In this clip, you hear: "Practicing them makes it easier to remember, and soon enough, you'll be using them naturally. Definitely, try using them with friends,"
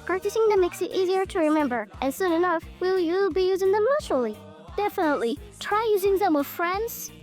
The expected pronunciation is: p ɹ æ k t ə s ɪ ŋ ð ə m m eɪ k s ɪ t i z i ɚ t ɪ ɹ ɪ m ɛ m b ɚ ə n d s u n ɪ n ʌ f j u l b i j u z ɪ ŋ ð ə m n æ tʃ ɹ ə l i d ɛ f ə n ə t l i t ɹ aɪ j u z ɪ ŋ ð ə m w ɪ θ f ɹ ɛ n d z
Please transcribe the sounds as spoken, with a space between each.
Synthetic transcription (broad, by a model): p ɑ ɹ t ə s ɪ ŋ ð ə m m eɪ k s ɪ t i z i ɚ t ɪ ɹ ɪ m ɛ m b ɚ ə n s u n ɪ n ʌ f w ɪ l b i j u z ɪ ŋ ð ə m l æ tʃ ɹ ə l i d ɛ f ə n ə t l i t ɹ aɪ j u z ɪ ŋ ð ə m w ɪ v f ɹ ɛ n d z